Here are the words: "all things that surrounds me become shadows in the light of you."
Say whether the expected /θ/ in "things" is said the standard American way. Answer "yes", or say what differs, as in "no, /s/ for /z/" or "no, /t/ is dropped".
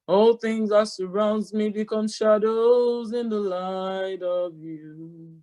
yes